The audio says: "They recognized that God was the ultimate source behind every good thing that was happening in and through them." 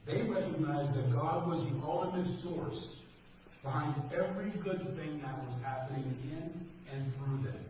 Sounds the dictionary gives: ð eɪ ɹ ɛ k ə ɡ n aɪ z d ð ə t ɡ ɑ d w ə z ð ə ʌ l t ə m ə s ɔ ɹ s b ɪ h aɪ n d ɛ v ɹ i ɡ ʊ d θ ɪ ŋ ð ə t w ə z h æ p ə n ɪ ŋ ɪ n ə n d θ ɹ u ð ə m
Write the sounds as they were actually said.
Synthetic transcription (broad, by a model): ð eɪ ɹ ɛ k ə ɡ n aɪ z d ð ə t ɡ ɑ d w ə z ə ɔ l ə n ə s ɔ ɹ s b ɪ h aɪ n d ɛ v ɹ i ɡ ʊ d θ ɪ ŋ ð ə t w ə z h æ p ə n ɪ ŋ ɪ n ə n θ ɹ u ð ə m